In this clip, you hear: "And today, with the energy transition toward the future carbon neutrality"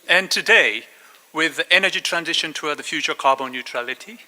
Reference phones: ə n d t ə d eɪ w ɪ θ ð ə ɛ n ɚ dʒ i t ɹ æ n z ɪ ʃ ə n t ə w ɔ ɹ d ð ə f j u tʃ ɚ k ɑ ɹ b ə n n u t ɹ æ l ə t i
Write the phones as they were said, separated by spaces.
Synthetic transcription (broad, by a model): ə n t ə d eɪ w ɪ ð ɛ n ɚ dʒ i t ɹ æ n z ɪ ʃ ə n t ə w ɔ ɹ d ð ə f j u tʃ ɚ k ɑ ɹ b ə n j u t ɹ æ l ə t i